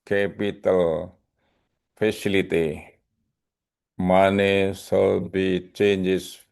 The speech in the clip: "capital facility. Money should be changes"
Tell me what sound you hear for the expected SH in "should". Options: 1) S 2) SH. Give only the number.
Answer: 1